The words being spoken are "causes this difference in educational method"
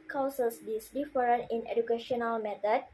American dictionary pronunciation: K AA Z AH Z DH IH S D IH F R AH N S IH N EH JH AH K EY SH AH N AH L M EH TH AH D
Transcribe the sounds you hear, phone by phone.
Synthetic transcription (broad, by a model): K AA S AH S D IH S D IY F R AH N IH N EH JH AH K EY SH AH N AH L M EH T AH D